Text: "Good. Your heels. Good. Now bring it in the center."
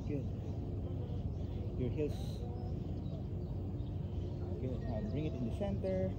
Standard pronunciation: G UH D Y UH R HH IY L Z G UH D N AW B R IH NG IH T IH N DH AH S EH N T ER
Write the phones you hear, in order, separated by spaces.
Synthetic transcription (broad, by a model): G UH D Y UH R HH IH Z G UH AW B R IH NG IH T IH N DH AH S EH N T ER